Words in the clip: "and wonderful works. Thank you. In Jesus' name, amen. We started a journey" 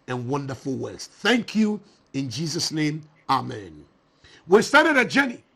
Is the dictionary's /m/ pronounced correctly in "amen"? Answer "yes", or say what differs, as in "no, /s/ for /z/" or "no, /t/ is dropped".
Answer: yes